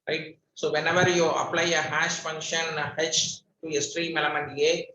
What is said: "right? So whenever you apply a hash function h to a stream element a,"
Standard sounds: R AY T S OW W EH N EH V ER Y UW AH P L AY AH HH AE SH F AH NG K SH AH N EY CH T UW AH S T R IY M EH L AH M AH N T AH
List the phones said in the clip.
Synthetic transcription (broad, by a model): R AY T S OW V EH N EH V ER Y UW AH P L AY AH HH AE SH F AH NG K SH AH N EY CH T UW AH S T R IY M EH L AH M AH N AH